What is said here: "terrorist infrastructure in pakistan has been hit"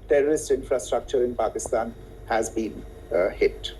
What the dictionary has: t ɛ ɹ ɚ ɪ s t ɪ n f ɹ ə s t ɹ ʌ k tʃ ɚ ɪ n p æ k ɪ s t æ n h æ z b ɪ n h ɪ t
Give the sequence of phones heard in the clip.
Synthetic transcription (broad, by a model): t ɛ ɹ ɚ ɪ s t ɪ n f ɹ ə s t ɹ ʌ k tʃ ɚ ɪ n p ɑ k ɪ s t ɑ n h æ z b ɪ n h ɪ t